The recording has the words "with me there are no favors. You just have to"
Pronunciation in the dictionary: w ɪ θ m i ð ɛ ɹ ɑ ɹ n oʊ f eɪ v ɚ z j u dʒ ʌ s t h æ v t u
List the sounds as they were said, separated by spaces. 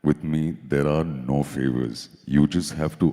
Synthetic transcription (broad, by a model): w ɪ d m i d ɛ ɹ ɑ ɹ n oʊ f eɪ v ɚ z j u dʒ ʌ s t h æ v t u